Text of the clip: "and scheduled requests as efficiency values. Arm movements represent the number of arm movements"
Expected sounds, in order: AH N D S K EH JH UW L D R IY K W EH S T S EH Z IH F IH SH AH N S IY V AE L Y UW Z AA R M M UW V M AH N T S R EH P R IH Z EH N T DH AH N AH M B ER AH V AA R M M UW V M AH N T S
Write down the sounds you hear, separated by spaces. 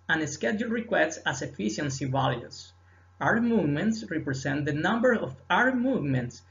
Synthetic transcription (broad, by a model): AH N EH S K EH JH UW L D R IY K W EH S T S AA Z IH F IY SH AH N S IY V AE L Y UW S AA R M M UW V M AH N T S R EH P R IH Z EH N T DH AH N AH M B ER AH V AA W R M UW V M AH N T S